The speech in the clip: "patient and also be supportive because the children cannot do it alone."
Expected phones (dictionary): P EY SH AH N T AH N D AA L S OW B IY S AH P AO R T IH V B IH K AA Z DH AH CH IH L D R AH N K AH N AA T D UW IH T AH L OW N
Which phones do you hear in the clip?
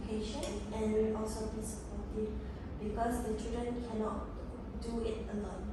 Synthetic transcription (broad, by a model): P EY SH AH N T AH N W AA L S OW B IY S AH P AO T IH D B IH K AA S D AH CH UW D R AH N K AH N AA T D UW IH T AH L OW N